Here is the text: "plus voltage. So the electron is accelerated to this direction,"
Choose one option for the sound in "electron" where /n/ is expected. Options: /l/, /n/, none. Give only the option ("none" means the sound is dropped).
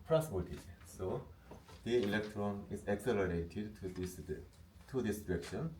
/n/